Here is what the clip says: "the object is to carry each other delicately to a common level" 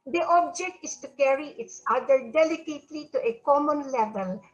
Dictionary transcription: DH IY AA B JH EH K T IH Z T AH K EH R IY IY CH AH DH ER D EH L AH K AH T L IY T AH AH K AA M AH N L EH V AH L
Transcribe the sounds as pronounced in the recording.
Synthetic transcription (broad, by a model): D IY AA B JH EH K T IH S T AH K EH R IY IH S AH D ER D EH L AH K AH T L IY T AH AH K AA M AH N L EH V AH L